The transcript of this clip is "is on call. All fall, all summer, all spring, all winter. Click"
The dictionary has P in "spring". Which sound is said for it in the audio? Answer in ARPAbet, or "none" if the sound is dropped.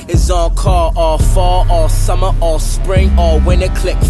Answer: P